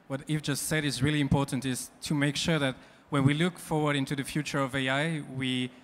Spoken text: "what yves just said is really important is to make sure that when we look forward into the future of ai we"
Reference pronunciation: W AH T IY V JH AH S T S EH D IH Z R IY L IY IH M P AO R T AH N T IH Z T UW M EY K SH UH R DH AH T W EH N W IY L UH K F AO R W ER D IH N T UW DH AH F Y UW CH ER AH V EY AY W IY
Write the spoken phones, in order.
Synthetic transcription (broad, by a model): W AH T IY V JH AH S T S EH D IH Z R IY L IY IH M P AO R T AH N T IH Z T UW M EY K SH UH R DH AH T W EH N W IY L UH K F AO R W ER D IH N T UW DH AH F Y UW CH ER AH V EY AY W IY